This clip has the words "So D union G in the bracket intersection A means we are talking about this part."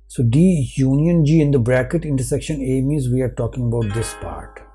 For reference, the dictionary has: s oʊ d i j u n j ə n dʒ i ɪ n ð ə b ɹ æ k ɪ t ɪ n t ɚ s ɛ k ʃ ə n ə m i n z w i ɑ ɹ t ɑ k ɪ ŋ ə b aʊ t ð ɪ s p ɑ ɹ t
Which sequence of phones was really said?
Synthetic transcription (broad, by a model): s oʊ d i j u n j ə n dʒ i ɪ n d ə b ɹ æ k ɪ t ɪ n t ɚ s ɛ k ʃ ə n ə m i z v i ɑ ɹ t ɑ k ɪ ŋ ə b aʊ t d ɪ s p ɑ ɹ t